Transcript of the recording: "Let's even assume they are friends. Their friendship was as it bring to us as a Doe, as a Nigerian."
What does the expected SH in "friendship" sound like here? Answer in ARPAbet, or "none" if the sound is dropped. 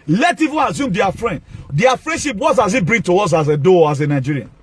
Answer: SH